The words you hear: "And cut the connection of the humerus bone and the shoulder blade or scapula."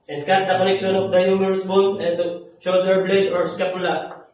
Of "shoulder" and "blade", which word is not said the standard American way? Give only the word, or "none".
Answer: shoulder